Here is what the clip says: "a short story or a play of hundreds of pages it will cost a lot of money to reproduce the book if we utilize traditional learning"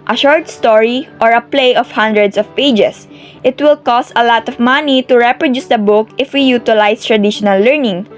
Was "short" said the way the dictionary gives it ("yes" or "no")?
yes